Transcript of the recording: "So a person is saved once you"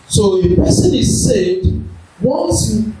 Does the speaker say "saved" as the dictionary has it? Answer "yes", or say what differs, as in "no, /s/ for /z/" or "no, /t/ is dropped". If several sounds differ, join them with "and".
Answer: no, /v/ is dropped